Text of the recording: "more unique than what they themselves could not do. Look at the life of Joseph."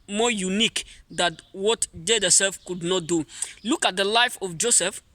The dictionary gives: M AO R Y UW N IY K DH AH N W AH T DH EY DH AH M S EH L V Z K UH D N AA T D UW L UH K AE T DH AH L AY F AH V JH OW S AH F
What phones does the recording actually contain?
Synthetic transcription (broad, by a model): M AO Y UW N IY K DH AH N W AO T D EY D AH S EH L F K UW D N AA T D UW L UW K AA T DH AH L AY F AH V JH OW S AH F